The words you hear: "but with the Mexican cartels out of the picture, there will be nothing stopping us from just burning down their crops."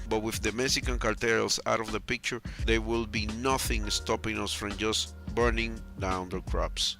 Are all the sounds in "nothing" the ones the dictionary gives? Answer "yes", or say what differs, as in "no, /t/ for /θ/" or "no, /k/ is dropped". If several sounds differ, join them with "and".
yes